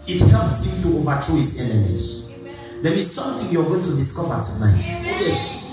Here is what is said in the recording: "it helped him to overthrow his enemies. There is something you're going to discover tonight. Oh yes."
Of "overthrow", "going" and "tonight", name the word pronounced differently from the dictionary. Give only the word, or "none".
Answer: overthrow